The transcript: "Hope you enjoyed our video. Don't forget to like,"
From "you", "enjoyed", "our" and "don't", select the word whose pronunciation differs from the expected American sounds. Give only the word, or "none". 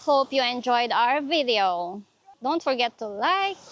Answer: none